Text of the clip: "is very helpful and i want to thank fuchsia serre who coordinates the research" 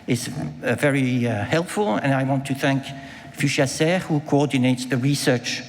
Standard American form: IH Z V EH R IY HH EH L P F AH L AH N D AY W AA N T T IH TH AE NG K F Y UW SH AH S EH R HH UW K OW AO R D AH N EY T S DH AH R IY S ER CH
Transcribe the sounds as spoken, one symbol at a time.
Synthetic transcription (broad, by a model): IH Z V EH R IY HH EH L P F AH L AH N AY W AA N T T IH TH AE NG K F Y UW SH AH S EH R HH UW K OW AO R D N EY T S DH AH R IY S ER CH